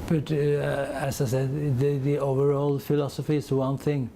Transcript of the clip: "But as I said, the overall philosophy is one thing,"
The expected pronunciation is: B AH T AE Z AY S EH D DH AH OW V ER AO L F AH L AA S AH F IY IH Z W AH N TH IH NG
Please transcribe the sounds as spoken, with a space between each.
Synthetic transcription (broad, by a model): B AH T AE S AY S EH D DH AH OW V ER AO L F AH L AA S AH F IY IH S W AH N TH IH NG